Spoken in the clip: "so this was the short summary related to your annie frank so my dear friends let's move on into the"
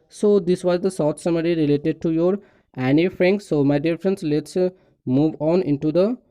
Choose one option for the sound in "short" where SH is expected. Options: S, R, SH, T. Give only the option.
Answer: S